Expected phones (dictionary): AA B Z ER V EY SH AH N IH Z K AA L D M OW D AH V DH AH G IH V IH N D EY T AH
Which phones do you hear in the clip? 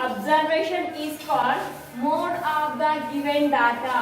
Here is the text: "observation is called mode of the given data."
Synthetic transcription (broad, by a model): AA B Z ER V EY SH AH N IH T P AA D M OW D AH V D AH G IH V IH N D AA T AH